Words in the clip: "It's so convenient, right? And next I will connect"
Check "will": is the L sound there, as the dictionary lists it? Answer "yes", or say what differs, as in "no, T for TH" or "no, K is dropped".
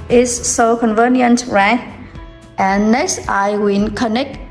no, N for L